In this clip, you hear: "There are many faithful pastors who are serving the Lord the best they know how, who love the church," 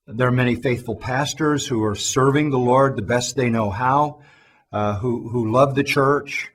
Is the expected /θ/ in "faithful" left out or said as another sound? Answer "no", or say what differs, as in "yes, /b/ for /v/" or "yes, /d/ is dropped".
no